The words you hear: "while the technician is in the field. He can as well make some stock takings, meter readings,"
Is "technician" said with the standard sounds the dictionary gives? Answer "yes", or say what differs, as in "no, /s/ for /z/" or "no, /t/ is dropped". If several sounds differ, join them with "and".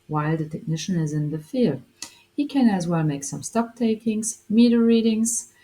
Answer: yes